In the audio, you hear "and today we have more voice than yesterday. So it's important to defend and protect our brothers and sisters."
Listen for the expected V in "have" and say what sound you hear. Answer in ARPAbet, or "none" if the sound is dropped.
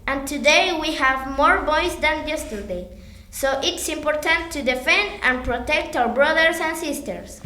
V